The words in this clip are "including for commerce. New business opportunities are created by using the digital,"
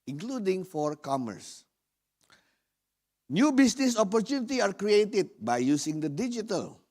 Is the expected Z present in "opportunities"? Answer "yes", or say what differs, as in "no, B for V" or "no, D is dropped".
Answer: no, Z is dropped